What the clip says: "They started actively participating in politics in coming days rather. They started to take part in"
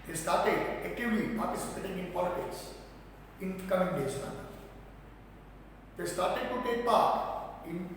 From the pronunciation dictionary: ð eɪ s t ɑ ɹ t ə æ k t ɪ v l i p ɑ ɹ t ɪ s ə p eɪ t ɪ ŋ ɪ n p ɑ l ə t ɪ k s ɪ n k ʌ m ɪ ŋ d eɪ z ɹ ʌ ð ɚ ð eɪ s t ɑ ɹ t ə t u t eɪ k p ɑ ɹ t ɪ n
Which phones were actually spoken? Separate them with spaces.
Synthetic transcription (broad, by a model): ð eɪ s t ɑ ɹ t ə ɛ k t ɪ l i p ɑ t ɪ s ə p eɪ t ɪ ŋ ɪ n p ɑ l ə t ɪ k s ɪ n k ʌ m ɪ ŋ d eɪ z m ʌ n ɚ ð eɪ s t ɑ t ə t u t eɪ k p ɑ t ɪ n